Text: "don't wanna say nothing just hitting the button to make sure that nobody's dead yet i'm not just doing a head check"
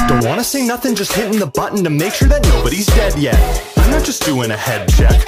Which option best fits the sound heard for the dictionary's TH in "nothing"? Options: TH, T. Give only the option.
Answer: TH